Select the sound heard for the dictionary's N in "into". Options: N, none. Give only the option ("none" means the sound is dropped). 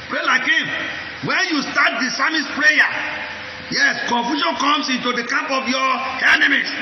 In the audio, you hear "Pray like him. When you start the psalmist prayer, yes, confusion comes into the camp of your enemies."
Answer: N